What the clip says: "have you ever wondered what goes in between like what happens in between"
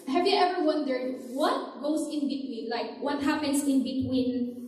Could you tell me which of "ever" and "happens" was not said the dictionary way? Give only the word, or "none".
happens